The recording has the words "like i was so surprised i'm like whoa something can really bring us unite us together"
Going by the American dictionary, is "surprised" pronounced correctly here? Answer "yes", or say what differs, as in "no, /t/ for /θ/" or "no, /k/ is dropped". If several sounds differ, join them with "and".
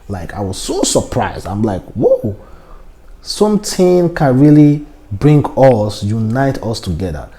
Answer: yes